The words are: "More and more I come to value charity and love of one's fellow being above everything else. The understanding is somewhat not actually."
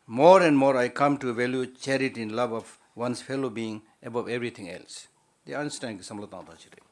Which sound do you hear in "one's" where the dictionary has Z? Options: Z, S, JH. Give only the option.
S